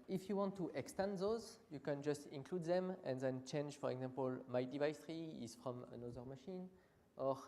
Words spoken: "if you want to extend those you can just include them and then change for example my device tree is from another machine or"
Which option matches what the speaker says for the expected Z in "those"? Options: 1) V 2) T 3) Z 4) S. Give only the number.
3